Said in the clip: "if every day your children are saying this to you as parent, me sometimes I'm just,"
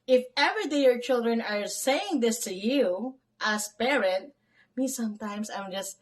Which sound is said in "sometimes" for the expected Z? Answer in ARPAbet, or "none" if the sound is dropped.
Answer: S